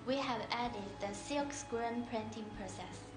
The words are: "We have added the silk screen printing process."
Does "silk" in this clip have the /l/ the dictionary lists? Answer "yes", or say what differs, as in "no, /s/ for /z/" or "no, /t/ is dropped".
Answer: no, /l/ is dropped